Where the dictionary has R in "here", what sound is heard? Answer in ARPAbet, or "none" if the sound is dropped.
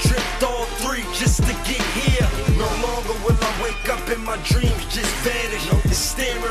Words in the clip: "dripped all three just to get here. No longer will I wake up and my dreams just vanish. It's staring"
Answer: R